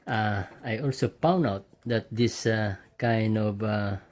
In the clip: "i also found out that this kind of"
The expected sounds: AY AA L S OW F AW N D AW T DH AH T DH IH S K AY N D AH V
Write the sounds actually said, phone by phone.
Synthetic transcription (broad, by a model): AY AA L S OW P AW N AW T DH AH T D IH S K AY N D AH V